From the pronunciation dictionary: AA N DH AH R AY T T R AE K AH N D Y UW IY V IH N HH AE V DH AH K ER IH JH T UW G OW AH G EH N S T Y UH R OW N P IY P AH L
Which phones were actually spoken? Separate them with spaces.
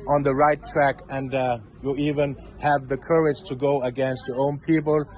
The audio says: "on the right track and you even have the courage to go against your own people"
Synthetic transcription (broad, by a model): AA N DH AH R AY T T R AE K AH N D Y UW IY V IH N HH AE V DH AH K ER IH JH T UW G OW AH G EH N S T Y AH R OW N P IY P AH L